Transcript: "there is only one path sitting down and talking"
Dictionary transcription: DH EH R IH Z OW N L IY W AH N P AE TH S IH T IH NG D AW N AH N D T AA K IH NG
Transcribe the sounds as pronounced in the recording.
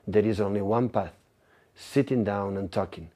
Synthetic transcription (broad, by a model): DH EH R IH Z OW N L IY W AH N P AE TH S IH T IH NG D AW N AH N T AA K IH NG